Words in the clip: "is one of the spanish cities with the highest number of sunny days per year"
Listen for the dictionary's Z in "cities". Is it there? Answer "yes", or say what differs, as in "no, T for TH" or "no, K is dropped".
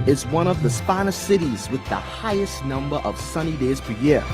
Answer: yes